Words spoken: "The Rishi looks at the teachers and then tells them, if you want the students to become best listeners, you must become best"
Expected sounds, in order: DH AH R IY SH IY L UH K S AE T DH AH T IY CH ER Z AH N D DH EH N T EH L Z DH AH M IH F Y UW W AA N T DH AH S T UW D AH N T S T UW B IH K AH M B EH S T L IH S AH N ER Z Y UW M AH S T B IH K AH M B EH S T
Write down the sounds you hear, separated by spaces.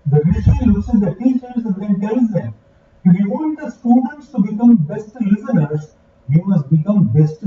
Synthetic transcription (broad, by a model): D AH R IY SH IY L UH S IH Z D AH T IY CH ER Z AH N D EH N T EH L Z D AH M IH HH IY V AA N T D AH S T UW D AH N T S T UW B IH K AH M B EH S T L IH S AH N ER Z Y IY M AH S T B IH K AH M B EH S T